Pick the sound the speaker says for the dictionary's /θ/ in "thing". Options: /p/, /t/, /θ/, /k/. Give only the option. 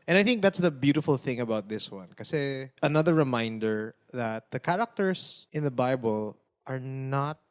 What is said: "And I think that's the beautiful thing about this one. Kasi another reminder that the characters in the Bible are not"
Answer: /θ/